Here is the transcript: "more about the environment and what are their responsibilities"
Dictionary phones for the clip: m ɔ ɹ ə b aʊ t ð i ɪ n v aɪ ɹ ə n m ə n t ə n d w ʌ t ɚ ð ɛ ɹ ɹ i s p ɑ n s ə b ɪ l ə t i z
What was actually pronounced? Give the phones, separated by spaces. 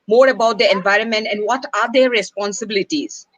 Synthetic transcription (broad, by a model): m ɔ ɹ ə b aʊ t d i ɪ n v aɪ ɹ ə n m ə n t ə n d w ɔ t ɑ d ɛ ɹ ɹ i s p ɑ n s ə b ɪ l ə t i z